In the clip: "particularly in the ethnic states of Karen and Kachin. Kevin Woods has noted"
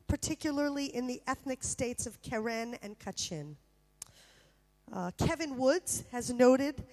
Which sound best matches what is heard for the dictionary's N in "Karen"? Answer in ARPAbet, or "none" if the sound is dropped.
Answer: N